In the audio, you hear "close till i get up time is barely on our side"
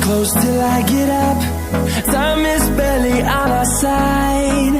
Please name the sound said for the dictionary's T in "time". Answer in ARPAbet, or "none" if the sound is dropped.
S